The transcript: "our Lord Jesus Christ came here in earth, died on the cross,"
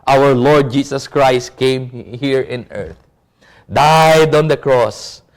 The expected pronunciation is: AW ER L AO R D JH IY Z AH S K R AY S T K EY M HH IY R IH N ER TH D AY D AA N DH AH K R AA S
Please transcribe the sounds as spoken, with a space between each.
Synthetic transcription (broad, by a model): AW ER L AO R D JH IY S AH S K R AY S T K EY M HH IY R IH N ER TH D AY D AA N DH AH K R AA S